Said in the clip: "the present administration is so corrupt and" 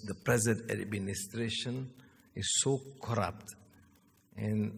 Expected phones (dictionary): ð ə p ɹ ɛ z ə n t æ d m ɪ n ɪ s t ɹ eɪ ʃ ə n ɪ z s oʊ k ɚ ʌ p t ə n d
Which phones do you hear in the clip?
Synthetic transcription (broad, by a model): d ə p ɹ ɛ z ə n t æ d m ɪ n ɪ s t ɹ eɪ ʃ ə n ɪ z s oʊ k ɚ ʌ p t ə n